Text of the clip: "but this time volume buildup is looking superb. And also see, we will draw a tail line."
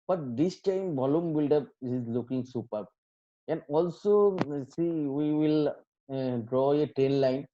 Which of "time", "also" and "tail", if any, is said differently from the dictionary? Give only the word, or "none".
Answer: tail